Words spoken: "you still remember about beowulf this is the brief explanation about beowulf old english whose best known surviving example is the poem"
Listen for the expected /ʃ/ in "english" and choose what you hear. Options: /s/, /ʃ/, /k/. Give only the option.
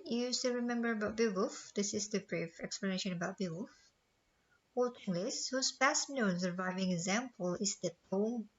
/s/